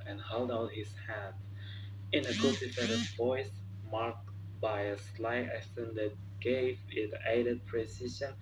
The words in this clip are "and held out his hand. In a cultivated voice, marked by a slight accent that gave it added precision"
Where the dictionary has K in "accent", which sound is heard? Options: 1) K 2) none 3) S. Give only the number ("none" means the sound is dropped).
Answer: 2